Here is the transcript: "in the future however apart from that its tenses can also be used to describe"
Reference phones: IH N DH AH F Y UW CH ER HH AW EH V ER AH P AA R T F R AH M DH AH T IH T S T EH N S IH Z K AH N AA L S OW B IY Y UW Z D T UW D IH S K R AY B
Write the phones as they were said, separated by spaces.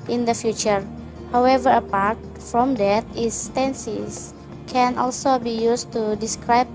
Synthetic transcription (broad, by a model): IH N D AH F Y UW CH ER HH AW EH V ER AH P AA R T F R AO M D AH T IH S T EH N S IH S K AH N AA L S OW B IY Y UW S T UW D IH S K R AY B